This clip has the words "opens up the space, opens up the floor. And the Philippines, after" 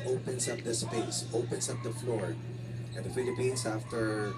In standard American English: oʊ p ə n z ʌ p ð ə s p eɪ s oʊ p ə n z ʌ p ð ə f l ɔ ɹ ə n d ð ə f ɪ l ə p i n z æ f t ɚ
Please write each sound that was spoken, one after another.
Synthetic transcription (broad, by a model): oʊ p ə n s ʌ p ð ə s p eɪ s oʊ p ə n s ʌ p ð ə f l ɔ ɹ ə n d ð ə f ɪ l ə p i n s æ f t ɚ